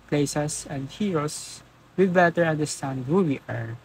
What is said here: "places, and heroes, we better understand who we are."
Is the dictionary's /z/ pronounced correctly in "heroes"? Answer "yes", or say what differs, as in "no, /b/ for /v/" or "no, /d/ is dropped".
no, /s/ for /z/